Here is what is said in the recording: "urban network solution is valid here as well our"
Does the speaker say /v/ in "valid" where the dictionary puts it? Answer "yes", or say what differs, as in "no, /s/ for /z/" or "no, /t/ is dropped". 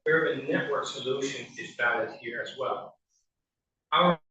no, /b/ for /v/